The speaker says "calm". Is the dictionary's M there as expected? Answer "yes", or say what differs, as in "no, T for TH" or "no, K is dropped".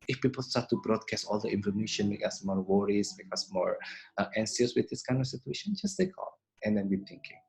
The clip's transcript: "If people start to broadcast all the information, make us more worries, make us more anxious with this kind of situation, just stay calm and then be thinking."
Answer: no, M is dropped